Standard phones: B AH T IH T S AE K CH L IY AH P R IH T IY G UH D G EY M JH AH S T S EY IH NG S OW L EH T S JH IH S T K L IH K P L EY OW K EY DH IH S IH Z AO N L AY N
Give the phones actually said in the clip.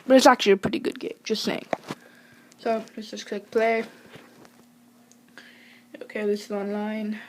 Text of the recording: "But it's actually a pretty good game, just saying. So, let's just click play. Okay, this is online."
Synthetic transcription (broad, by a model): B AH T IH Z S AE K CH L IY AH P R IH T IY G UH D G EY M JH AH S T S EY IH NG S OW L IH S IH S K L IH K P L EY OW K EY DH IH S IH Z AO N L AY N